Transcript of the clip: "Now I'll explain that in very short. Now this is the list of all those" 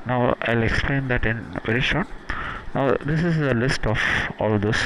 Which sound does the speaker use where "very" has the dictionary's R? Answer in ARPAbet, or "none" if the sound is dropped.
R